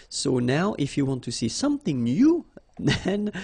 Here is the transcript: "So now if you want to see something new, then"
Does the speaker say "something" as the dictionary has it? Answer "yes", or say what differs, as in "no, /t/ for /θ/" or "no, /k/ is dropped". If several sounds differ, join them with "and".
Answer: yes